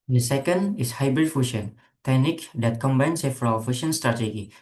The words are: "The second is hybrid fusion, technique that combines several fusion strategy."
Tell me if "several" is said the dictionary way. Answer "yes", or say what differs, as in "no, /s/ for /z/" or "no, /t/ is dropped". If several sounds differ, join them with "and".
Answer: no, /f/ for /v/